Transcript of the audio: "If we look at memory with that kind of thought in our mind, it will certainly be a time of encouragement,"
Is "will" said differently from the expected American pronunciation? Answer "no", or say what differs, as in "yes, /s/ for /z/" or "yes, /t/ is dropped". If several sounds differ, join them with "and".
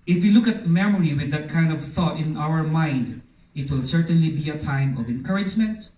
no